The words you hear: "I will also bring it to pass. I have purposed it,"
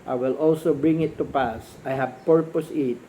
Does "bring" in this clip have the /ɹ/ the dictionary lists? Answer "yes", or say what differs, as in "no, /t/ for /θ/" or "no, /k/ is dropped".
yes